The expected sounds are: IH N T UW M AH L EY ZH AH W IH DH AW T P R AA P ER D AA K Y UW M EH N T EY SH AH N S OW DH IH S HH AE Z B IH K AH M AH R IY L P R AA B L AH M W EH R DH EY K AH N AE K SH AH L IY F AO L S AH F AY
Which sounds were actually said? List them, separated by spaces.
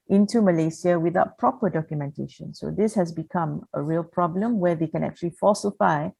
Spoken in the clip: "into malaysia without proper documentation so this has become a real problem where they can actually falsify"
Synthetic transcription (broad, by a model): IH N T UW M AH L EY S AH W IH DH AW T P R AA P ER D AA K Y UW M EH N T EY SH AH N S OW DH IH S HH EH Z B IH K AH M AH R IY L P R AA B L AH M W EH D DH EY K AH N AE K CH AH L IY F AO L S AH F AY